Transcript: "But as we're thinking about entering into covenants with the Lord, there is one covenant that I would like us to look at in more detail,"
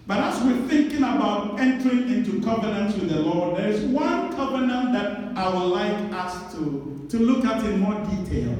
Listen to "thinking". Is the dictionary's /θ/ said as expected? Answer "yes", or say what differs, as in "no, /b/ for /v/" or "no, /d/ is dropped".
yes